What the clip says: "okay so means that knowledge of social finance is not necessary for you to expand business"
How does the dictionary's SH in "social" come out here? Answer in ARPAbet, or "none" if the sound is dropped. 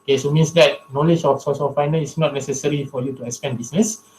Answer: S